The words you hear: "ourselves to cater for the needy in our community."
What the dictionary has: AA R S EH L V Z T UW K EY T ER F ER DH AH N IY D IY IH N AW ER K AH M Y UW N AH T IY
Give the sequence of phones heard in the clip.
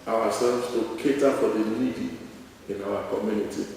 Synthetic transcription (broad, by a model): AA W S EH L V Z T UW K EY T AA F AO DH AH L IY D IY IH N AW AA K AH M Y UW N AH T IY